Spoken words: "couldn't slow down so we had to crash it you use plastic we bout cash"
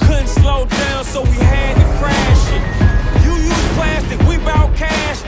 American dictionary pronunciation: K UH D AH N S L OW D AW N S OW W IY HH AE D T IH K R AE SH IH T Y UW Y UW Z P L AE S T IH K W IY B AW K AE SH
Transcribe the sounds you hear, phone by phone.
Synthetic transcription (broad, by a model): K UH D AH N S L OW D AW L S OW W IY HH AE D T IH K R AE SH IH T Y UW Y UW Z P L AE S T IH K W IY B AW K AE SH